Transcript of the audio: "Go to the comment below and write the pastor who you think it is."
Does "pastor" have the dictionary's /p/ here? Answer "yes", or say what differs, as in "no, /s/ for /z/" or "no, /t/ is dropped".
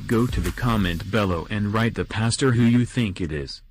yes